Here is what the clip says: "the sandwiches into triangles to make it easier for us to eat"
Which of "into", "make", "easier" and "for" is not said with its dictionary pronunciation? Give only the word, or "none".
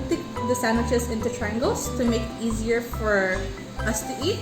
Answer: none